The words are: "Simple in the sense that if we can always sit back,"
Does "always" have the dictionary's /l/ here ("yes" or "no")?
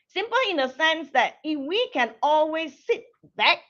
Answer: yes